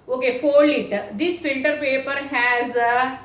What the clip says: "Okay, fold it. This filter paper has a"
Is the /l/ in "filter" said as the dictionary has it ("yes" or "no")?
no